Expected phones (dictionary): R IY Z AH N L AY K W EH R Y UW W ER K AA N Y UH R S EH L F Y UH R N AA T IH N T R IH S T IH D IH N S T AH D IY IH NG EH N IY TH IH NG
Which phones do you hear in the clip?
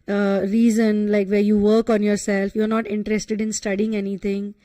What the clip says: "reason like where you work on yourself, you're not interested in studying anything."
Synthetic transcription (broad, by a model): R IY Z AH N L AY K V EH R Y UW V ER K AA N Y UH R S EH L F Y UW R N AA T IH N T R IH S T IH D IH N S T AH D IY IH NG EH N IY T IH NG